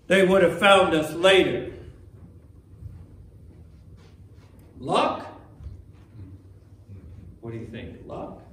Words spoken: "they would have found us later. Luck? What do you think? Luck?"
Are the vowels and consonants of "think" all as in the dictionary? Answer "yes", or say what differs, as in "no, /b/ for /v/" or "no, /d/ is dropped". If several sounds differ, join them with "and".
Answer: yes